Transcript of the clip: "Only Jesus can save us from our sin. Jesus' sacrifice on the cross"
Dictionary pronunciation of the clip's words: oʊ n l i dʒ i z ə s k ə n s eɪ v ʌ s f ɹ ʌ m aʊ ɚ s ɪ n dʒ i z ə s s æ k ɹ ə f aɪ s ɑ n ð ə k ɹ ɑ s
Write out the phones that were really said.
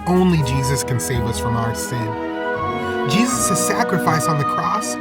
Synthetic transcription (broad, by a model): oʊ n l i dʒ i z ə s k ə n s eɪ v ʌ s f ɹ ʌ m aʊ ɚ s ɪ n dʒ i z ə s s æ k ɹ ə f aɪ s n ð ə k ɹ ɑ s